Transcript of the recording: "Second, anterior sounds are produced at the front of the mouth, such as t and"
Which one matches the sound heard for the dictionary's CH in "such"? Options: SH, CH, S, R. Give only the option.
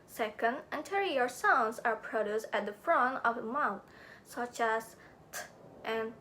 CH